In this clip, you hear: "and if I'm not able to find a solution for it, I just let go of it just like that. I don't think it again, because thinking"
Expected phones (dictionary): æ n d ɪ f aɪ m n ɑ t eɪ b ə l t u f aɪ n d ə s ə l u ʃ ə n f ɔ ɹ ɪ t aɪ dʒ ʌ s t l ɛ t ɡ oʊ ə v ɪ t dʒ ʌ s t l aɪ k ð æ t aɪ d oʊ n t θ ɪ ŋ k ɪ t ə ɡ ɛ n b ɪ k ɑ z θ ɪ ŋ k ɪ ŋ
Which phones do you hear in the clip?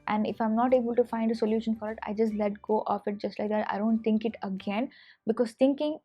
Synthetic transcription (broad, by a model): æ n d ɪ f aɪ m n ɑ t eɪ b ə l t u f aɪ n d ə s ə l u ʃ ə n f ɔ ɹ ɪ t aɪ dʒ ʌ s t l ɛ t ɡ oʊ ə f ɪ t dʒ ʌ s t l aɪ k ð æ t aɪ d oʊ n t t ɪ ŋ k ɪ t ə ɡ ɛ n b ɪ k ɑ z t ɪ ŋ k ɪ ŋ